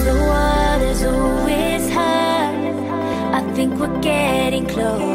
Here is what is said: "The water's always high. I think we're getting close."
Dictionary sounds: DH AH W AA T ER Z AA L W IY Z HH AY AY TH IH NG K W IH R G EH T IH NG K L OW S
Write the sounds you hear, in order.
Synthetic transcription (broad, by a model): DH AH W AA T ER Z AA L W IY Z HH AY AY TH IH NG K W IH R G EH T IH NG K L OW